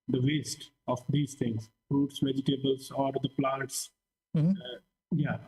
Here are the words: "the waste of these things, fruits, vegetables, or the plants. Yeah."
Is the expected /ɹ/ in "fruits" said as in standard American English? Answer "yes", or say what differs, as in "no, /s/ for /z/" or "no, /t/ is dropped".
yes